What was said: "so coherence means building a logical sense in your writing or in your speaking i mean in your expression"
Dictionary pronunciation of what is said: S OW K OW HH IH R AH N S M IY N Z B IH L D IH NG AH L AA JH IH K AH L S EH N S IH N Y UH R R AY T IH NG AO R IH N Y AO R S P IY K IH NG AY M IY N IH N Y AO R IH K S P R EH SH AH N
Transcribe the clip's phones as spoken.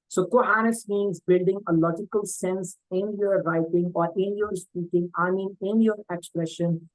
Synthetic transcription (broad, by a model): S OW K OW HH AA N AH S M IY N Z B IH L D IH NG AH L AA JH IH K AH L S EH N S IH N Y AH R R AY T IH NG AO R IH N Y AO R S P IY K IH NG AY M IY N IH N Y AO R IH K S P R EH SH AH N